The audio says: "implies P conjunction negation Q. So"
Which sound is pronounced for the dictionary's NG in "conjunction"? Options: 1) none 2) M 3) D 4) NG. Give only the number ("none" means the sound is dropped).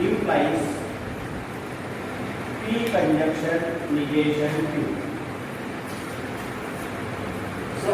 1